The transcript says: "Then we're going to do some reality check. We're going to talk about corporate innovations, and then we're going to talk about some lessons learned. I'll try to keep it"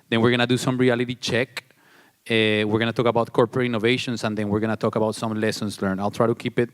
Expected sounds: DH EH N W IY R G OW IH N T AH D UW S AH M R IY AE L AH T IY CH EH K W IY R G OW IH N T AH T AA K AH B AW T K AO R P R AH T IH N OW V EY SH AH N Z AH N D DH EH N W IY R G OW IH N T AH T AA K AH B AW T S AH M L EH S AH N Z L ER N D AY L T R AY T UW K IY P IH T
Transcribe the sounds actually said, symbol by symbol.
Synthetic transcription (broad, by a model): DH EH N W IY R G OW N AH D UW S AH M R IY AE L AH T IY CH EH K W IY R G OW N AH T AA K AH B AW T K AO R P R AH T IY N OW V EY SH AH N S AH N D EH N W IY R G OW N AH T AA K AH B AW T S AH M L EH S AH N S L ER N AY L T R AY T UW K IY P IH T